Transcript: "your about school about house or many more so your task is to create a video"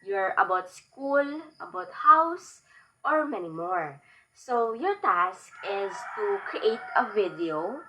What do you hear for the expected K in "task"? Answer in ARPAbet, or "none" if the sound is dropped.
K